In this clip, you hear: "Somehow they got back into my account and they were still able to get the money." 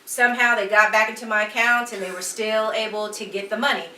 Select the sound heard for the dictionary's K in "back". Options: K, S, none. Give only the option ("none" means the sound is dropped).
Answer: K